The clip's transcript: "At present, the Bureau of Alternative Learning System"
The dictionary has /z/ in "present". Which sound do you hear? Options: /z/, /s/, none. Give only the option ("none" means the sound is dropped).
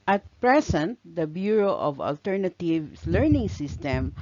/s/